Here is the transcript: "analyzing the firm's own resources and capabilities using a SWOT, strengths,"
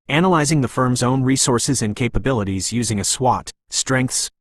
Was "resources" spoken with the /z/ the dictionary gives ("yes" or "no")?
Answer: yes